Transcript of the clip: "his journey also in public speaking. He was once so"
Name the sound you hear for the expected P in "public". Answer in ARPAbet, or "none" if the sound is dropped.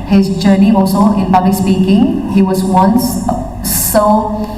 B